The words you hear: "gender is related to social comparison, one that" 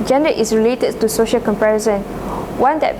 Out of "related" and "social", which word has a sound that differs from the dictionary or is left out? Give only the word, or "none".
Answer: none